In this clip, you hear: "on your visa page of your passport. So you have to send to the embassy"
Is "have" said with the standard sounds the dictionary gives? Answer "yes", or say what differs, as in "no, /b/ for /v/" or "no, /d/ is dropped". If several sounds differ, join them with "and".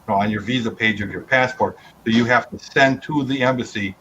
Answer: no, /f/ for /v/